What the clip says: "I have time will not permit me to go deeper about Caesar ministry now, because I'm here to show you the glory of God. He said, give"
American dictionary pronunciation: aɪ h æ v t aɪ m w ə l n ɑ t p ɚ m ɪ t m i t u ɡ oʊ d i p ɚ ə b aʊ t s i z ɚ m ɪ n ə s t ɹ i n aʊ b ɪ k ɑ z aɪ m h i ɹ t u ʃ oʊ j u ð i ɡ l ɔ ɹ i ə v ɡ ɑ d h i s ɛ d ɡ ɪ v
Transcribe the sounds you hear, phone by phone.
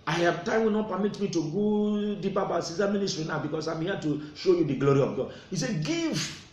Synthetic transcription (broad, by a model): aɪ h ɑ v t aɪ m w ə n ɑ t p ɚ m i t m i t u ɡ oʊ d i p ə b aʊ s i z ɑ m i n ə s t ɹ i n aʊ b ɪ k ɑ s aɪ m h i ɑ t u ʃ oʊ j u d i ɡ l ɔ ɹ i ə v ɡ ɑ d h i s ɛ ɡ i v